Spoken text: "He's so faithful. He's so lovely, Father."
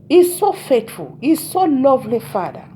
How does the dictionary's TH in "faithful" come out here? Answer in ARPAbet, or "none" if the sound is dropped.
T